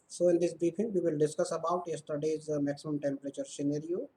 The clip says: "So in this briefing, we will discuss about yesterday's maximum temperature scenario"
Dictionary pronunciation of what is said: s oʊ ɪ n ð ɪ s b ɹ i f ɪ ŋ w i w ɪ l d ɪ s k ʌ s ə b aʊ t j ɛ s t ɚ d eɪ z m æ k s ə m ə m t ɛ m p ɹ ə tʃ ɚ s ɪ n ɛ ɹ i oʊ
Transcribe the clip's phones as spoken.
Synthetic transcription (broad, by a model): s oʊ ɪ n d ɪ s b ɹ i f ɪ ŋ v i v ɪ l d ɪ s k ʌ s ə b aʊ t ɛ s t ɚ d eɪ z m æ k s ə m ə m t ɛ m p ɹ ə tʃ ɚ s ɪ n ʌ ɹ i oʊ